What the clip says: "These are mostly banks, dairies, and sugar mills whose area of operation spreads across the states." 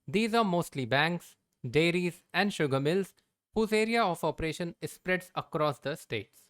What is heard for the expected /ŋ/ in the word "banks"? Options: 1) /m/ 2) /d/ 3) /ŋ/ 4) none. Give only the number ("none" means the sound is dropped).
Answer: 3